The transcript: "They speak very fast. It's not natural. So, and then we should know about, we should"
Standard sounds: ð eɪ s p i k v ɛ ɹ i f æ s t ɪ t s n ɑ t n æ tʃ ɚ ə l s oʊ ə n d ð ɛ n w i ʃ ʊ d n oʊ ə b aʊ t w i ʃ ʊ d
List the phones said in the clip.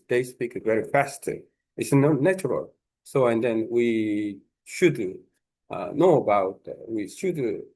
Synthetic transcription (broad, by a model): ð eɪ s p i k v ɛ ɹ i f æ s t ɪ t s n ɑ n æ tʃ ɚ ə l s oʊ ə n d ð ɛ n w i ʃ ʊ d n oʊ ə b aʊ t w i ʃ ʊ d